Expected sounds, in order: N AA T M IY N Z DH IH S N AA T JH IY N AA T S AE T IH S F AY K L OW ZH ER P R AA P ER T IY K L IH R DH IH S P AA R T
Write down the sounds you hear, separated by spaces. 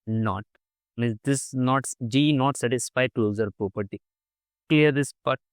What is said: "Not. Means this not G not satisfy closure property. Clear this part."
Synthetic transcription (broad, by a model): N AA T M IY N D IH S N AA T JH IY N AA T S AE T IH S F AY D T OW Z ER P R AA P ER T IY K L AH R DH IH S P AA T